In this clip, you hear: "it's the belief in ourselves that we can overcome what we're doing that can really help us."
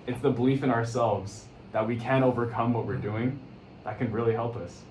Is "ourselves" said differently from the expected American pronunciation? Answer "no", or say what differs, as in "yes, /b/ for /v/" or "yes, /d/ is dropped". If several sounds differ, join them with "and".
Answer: no